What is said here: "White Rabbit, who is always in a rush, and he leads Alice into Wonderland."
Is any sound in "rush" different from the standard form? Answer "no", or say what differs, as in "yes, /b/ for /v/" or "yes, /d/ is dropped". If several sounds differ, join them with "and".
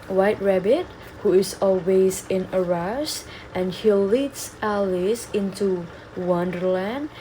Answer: yes, /s/ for /ʃ/